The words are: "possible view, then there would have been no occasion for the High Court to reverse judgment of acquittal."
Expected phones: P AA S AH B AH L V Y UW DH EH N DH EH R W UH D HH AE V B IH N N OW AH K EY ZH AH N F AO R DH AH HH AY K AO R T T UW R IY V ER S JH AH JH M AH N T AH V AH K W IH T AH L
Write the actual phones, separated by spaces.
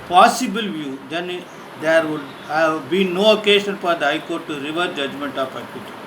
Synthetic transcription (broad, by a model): P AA S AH B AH L V Y UW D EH N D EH R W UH D HH AE V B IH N N OW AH K EY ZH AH N F AO R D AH HH AY K AO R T T UW R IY V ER JH AH JH M AH N T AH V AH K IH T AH